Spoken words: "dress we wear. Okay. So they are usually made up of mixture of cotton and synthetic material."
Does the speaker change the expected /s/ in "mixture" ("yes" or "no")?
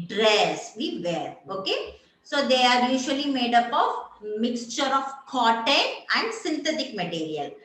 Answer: no